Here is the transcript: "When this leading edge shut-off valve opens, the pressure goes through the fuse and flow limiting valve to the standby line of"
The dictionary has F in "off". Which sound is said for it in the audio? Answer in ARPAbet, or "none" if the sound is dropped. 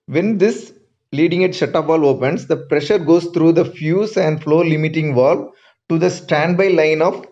P